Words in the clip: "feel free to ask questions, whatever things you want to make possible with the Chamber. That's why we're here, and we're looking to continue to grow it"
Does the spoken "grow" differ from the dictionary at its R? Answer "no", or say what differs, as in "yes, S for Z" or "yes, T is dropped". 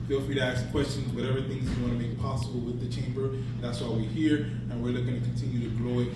yes, L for R